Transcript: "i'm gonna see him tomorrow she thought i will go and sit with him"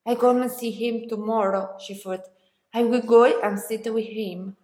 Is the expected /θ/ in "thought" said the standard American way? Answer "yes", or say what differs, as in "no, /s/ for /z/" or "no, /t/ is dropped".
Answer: no, /f/ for /θ/